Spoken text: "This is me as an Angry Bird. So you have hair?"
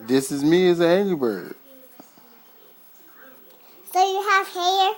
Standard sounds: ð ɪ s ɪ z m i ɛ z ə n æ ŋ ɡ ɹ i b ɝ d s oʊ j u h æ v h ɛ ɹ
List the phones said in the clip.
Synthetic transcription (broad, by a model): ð ɪ s ɪ z m i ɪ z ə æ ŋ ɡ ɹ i b ɝ d s oʊ j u h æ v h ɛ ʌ